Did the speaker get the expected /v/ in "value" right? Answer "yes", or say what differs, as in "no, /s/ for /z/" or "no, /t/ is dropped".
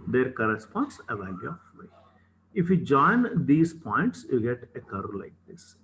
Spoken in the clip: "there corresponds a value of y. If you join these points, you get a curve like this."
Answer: yes